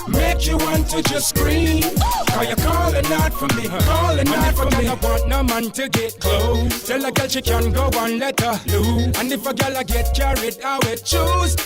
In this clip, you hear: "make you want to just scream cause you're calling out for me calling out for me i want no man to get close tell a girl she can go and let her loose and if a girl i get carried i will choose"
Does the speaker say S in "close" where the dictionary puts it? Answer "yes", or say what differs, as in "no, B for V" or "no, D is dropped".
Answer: no, S is dropped